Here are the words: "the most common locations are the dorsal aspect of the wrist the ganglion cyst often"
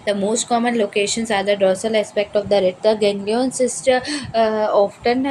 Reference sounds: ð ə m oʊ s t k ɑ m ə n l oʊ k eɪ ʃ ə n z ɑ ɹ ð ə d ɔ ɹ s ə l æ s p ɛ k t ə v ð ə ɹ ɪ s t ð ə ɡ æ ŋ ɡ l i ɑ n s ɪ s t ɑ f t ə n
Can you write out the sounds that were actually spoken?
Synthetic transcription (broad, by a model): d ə m oʊ s t k ɑ m ə n l oʊ k eɪ ʃ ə n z ɑ ɹ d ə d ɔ s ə l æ s p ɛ k t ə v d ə ɹ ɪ t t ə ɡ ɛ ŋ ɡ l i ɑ n s ɪ s t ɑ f t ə n